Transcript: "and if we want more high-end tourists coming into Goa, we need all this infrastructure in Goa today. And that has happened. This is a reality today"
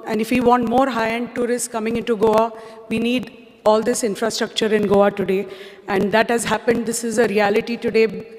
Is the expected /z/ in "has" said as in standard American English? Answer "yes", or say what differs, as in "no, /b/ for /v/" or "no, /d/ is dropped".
yes